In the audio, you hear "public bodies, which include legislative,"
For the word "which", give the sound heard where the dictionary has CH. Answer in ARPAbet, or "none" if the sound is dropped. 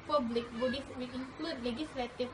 none